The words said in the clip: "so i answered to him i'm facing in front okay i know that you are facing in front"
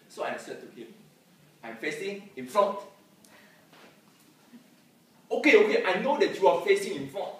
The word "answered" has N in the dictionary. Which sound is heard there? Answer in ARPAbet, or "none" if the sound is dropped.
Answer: none